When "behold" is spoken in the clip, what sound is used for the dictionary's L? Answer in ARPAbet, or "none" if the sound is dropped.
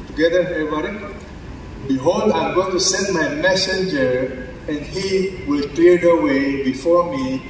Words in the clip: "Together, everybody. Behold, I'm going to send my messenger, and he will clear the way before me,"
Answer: L